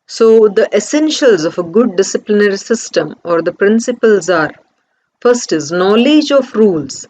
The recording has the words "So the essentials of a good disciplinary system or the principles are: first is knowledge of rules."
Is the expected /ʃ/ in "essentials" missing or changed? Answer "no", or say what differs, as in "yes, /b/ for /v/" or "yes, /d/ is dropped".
no